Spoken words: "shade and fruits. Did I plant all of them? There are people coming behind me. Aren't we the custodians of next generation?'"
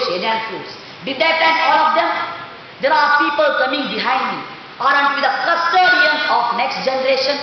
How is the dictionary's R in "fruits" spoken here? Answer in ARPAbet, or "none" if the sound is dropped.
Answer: none